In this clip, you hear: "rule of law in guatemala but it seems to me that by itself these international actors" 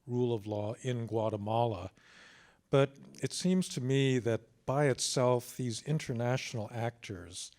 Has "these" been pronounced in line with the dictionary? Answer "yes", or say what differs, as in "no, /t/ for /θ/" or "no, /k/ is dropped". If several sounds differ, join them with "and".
yes